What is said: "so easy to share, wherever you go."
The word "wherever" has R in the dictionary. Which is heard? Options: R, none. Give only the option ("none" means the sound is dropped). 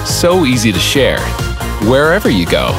R